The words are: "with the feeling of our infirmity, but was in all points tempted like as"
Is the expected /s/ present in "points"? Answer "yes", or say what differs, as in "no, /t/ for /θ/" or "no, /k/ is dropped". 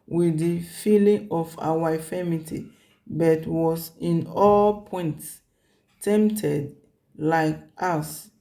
yes